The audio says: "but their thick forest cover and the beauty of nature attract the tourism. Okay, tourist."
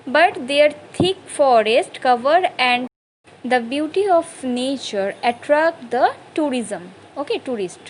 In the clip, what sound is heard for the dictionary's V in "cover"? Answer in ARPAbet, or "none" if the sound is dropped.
V